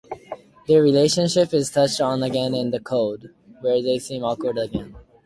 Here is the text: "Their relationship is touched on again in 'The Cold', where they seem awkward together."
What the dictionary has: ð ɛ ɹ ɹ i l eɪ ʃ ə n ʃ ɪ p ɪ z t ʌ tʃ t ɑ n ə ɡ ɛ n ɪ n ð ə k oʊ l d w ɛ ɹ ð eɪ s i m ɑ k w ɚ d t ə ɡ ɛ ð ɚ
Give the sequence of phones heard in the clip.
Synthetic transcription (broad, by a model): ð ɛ ɹ ɹ i l eɪ ʃ ə n ʃ ɪ p ɪ z t ʌ tʃ t n ə ɡ ɛ n ɪ n ð ə k oʊ d w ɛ ɹ ð eɪ s i m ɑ k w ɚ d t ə ɡ ɛ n